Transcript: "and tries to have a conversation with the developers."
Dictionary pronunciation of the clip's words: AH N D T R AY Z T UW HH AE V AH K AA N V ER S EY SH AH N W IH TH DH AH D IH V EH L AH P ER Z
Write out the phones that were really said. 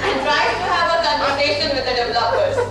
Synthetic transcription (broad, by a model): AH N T R AY T UW HH AE V AH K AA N ER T EY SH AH N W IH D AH D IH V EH L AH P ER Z